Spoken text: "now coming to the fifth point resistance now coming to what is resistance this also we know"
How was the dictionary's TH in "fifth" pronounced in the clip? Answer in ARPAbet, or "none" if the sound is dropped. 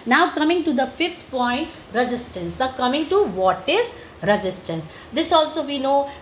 T